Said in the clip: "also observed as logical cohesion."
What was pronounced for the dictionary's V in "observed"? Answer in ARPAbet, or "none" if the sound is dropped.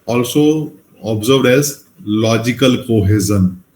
none